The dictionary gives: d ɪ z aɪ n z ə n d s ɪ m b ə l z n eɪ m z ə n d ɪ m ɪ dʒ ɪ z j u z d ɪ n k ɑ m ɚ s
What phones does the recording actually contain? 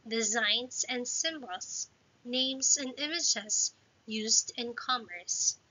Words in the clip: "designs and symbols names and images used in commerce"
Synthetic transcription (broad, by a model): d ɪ z aɪ n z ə n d s ɪ m b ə l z n eɪ m z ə n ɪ m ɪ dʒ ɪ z j u z d ɪ n k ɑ m ɚ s